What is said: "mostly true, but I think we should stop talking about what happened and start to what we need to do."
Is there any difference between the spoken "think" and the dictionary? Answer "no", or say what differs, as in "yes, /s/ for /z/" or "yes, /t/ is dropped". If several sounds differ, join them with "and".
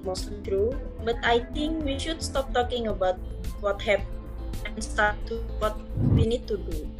yes, /t/ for /θ/